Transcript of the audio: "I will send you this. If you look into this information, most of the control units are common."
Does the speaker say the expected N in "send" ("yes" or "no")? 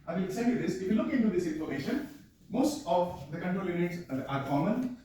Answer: no